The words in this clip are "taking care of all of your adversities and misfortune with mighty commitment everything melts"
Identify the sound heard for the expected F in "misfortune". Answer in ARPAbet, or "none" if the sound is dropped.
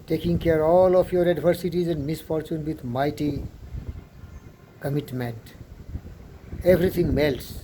F